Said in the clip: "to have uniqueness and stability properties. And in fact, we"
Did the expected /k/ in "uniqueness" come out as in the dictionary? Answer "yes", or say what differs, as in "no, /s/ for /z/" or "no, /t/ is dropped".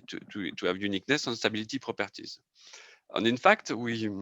yes